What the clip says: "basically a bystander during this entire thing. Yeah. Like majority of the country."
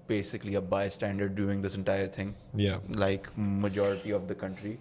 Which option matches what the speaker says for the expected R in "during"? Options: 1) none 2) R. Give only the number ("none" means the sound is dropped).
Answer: 1